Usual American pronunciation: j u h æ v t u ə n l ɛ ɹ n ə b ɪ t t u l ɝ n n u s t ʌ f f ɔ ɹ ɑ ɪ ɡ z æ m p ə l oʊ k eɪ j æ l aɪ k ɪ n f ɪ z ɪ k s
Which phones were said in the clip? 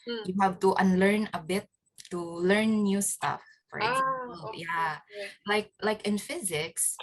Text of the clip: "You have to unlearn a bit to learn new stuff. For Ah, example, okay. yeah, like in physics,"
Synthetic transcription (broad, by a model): j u h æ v t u ə n l ɛ ɹ n ə b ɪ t t u l ɝ n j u s t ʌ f f ɔ ɹ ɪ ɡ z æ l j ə l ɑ ɪ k l aɪ k ɪ n f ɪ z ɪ k s